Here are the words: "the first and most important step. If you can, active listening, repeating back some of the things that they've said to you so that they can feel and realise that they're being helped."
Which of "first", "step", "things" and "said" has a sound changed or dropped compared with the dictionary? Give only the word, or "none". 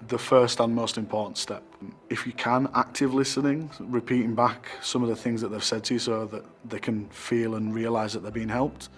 none